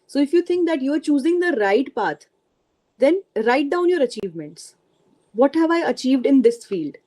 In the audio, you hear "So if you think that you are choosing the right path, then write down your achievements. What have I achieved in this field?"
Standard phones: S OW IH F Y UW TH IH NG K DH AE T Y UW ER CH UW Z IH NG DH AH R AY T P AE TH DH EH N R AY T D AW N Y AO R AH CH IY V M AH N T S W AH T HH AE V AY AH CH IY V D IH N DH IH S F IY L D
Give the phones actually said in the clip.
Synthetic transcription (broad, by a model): S OW IH F Y UW T IH NG K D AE T Y UW ER CH UW Z IH NG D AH R AY T P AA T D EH N R AY T D AW N Y AO R AH CH IY V M AH N T S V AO T HH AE V AY AH CH IY V D IH N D IH S F IY L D